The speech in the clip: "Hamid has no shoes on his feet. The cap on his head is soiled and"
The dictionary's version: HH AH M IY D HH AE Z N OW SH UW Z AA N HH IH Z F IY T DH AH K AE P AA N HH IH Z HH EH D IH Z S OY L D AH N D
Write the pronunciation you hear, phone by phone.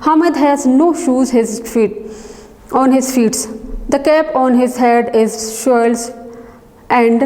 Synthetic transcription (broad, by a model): HH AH M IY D HH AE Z N OW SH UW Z AA N HH IH Z F IY T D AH K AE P AA N HH IH Z HH EH D IH Z SH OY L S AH N D